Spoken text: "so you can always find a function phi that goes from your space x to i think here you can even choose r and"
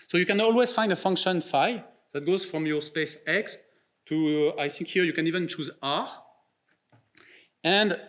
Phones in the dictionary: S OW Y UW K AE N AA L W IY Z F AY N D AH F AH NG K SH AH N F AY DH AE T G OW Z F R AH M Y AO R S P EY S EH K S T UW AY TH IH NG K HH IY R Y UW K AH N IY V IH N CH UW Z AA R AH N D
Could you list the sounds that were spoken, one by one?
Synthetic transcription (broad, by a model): S OW Y UW K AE N AA L W IY Z F AY N D AH F AH NG K SH AH N F AY DH AE T G OW Z F R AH M Y AO R S P EY S EH K S T UW AY TH IH NG K HH IY R Y UW K AH N IY V IH N CH UW Z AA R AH N D